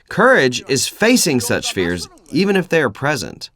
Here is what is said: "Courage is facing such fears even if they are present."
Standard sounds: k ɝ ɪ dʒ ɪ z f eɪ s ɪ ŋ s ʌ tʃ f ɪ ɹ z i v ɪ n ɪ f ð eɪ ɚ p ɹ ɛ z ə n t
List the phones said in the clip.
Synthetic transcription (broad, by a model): k ɝ ɪ dʒ ɪ z f eɪ s ɪ ŋ s ʌ tʃ f ɪ ɹ z i v ɪ n ɪ f ð eɪ ɚ p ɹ ɛ z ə n t